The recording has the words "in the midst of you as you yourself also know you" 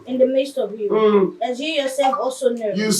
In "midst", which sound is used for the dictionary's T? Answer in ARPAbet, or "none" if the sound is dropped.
T